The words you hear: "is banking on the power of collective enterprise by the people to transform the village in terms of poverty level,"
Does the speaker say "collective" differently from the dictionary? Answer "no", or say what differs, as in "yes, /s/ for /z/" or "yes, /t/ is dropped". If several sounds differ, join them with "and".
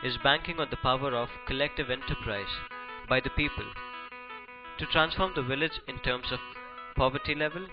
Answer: no